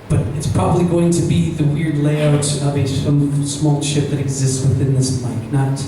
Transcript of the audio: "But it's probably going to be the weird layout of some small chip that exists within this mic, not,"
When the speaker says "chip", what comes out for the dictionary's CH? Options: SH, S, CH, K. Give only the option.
SH